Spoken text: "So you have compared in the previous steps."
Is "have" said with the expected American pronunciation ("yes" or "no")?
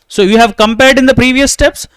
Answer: yes